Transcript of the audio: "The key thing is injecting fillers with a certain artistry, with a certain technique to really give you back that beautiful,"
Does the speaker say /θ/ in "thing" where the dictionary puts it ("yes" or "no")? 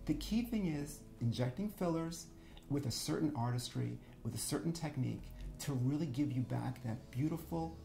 yes